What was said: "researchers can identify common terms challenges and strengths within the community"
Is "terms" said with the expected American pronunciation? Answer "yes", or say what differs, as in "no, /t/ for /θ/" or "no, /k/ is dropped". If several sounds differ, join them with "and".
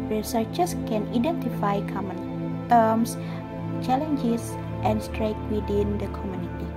no, /s/ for /z/